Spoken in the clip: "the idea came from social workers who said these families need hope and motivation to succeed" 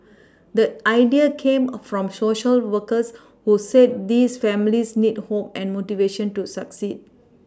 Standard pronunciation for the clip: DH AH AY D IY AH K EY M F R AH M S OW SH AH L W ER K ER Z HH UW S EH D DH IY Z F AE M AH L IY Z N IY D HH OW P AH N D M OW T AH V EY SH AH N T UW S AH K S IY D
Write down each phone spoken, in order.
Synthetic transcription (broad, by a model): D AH AY D IY AH K EY M F R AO M S OW SH AH L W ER K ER S HH UW S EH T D IY S F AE M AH L IY S N IY D HH OW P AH N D M OW T AH V EY SH AH N T UW S AH K S IY D